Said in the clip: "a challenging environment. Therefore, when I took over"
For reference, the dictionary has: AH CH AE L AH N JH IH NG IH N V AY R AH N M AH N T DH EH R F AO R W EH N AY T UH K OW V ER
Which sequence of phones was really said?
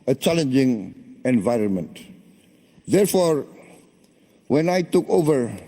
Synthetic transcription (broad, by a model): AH CH AE L AH N JH IH NG IH N V AY R AH N M AH N T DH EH R F AO R W EH N AY T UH K OW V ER